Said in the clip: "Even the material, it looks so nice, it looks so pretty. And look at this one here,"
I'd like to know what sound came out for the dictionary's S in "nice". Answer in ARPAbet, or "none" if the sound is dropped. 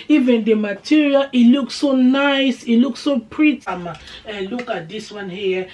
S